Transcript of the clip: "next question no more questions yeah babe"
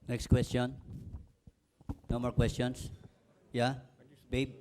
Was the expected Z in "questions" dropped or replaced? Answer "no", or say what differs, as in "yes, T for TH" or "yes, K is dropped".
yes, S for Z